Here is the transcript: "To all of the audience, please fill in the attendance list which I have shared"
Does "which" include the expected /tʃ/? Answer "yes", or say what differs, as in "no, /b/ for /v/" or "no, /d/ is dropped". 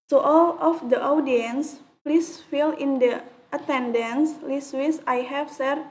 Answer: no, /s/ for /tʃ/